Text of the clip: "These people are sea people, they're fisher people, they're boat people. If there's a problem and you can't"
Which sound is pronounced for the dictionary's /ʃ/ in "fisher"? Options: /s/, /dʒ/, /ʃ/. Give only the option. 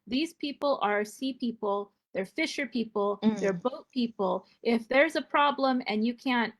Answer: /ʃ/